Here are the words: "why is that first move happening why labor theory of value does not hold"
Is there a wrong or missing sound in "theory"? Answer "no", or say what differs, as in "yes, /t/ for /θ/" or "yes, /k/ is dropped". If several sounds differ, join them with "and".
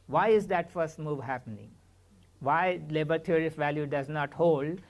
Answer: yes, /t/ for /θ/